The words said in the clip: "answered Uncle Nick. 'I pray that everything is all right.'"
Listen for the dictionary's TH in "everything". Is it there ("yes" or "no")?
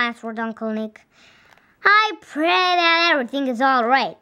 yes